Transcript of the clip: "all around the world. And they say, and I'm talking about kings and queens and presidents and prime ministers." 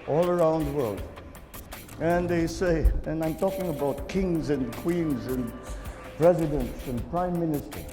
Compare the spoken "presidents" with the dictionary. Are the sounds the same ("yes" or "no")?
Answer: yes